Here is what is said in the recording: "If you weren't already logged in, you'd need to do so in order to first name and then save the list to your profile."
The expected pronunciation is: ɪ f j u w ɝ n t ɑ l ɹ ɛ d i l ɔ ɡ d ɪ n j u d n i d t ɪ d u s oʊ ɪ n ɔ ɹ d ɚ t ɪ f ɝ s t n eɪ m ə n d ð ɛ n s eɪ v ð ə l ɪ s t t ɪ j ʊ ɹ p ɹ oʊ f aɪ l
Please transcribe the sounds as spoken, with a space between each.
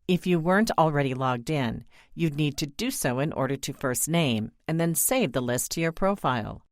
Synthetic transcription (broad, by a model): ɪ f j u w ɝ n t l ɹ ɛ d i l ɔ ɡ d ɪ n j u d n i d t ɪ d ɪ s oʊ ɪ n ɔ ɹ d ɚ t ɪ f ɝ s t n eɪ m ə n ð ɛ n s eɪ v ð ə l ɪ s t t ɪ j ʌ ɹ p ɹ oʊ f aɪ l